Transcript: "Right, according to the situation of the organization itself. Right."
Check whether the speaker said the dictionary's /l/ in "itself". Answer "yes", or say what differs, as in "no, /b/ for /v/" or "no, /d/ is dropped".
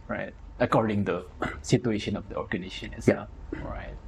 no, /l/ is dropped